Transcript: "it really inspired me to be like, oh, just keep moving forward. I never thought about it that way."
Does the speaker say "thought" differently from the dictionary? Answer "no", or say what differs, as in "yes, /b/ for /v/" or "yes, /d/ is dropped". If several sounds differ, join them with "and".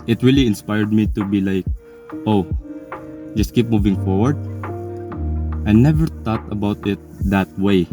yes, /t/ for /θ/